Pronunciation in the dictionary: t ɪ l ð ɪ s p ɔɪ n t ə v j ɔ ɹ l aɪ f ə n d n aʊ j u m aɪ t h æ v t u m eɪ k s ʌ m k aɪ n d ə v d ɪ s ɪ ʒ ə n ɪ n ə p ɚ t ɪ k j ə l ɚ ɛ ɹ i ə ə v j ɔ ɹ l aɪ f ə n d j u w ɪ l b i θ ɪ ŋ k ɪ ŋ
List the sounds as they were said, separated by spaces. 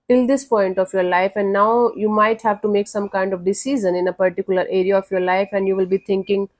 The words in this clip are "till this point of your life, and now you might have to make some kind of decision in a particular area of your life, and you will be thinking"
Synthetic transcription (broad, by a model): t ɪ l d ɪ s p ɔɪ n t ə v j ɔ ɹ l aɪ f ə n d n aʊ j u m aɪ t h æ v t u m eɪ k s ʌ m k aɪ n d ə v d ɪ s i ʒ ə n ɪ n ə p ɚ t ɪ k j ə l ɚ ɛ ɹ i ə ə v j ɔ ɹ l aɪ f ə n d j u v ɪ l b i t ɪ ŋ k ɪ ŋ